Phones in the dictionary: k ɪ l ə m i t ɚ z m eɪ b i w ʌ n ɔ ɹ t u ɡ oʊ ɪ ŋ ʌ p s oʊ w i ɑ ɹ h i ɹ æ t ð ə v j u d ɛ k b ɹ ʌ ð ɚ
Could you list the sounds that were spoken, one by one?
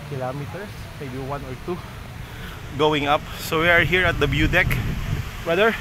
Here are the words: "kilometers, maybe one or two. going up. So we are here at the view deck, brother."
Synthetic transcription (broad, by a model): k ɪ l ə m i t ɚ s m eɪ b i w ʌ n ɔ ɹ t u ɡ oʊ ɪ ŋ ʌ p s oʊ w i ɑ ɹ h i ɹ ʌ t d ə b j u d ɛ k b ɹ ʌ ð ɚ